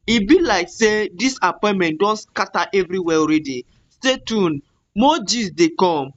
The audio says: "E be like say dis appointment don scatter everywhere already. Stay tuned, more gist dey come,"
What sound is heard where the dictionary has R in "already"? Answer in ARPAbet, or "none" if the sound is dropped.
R